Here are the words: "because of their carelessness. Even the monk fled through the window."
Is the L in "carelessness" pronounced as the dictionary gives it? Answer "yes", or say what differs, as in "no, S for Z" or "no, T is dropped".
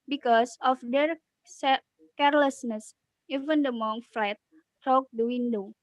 yes